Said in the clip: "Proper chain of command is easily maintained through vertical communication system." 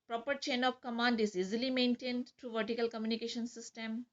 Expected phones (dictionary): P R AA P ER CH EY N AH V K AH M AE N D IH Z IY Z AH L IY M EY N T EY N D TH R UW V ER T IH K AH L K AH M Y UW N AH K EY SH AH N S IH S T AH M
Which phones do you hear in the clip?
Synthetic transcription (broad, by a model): P R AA P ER CH EY N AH P K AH M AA N D IH Z IY Z AH L IY M EY N T EY N D T R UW V ER T IH K AH L K AH M Y UW N AH K EY SH AH N S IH S T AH M